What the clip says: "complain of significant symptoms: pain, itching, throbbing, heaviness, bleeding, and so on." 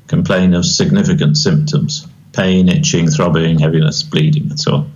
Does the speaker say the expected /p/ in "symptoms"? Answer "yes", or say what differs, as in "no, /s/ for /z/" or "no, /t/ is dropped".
yes